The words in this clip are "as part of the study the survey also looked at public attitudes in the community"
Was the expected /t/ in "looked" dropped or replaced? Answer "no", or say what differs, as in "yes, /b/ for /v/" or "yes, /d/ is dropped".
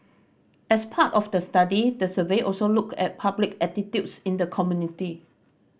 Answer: yes, /t/ is dropped